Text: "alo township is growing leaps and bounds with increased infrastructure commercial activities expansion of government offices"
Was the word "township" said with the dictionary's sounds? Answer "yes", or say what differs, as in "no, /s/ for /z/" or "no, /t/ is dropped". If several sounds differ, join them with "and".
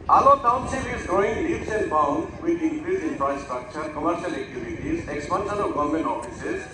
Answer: no, /s/ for /ʃ/